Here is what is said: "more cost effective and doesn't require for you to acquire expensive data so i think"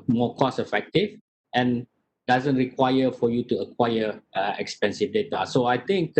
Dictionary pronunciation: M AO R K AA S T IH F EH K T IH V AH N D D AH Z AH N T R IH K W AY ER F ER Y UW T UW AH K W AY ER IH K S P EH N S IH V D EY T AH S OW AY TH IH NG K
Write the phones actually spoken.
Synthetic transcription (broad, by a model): M AO K AA S IH F EH K T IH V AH N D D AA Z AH N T R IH K W AY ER F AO Y UW T UW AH K W AY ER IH K S P EH N S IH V D EY T AH S OW AY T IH NG K